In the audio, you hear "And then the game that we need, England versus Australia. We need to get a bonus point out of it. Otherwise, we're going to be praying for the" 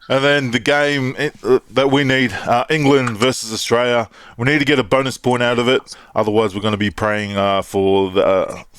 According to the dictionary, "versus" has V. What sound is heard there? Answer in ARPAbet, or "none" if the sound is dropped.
V